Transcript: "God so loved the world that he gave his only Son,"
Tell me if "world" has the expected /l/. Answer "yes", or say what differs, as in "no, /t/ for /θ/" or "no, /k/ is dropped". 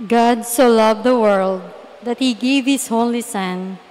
yes